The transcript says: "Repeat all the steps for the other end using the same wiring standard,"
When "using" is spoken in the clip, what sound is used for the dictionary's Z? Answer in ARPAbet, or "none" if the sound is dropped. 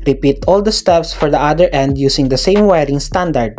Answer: S